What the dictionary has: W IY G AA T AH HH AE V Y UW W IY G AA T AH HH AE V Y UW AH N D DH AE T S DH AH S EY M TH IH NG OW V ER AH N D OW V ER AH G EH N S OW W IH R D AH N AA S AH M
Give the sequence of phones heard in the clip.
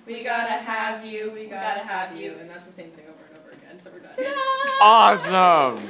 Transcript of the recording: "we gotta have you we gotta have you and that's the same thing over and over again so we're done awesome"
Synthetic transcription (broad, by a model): W IY G AA T AH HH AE V Y UW W IY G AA T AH HH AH V Y UW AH N DH AE T S DH AH S EY M TH IH NG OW V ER AH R OW V ER AH G EH N S OW W IH R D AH AA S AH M